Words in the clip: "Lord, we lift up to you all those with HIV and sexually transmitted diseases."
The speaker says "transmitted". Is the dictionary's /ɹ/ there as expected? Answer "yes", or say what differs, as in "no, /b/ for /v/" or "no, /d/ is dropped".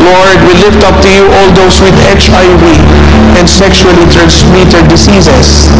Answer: no, /ɹ/ is dropped